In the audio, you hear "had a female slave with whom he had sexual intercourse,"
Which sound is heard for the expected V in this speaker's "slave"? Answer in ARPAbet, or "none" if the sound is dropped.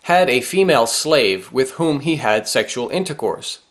V